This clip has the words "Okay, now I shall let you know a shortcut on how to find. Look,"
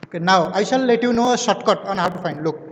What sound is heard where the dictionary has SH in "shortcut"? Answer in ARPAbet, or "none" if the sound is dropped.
S